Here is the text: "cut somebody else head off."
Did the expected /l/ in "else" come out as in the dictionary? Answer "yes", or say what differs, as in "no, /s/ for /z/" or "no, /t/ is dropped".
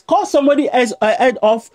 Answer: no, /l/ is dropped